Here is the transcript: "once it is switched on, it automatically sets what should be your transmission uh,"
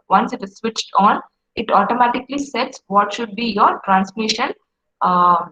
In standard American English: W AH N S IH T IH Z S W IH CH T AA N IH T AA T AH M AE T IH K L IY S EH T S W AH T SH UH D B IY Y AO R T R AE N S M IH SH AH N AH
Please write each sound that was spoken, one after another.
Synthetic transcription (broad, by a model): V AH N S IH T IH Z S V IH CH T AA N IH T AA T AH M AE T IH K L IY S EH T S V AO T SH UH D B IY Y AO R T R AE N S M IH SH AH N